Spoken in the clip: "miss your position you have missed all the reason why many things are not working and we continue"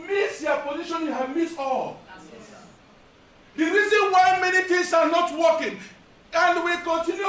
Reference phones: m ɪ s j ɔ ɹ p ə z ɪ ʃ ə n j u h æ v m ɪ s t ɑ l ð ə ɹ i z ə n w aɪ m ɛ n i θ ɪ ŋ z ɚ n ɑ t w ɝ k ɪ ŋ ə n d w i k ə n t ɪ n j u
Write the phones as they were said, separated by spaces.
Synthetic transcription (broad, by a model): m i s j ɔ p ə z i ʃ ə n j u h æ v m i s ɑ l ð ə ɹ i z ə n w aɪ m ɛ n i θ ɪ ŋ s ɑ n ɑ t w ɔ k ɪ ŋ ə n d w i k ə n t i n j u